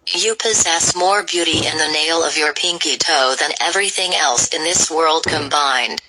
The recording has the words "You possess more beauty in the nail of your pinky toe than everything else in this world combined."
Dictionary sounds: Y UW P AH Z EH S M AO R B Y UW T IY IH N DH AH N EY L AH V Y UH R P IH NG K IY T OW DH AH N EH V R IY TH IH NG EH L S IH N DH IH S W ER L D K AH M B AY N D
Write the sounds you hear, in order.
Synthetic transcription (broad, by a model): Y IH P AH Z EH S M AO R B Y UW T IY IH N DH AH N EY L AH V Y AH R P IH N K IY T OW DH AH N EH V R IY TH IH NG EH L S IH N DH IH S W ER L D K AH M B AY N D